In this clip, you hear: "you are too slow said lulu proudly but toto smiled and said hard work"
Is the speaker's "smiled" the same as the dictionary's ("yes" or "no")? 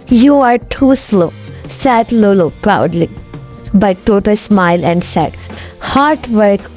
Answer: no